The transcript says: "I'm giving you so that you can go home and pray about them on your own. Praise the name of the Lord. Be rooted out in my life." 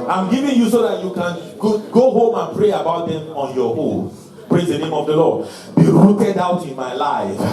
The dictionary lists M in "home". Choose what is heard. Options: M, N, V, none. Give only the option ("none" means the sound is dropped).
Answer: M